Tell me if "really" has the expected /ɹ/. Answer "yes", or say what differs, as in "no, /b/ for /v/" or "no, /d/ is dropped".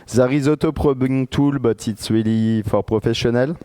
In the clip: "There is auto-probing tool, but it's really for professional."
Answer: no, /w/ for /ɹ/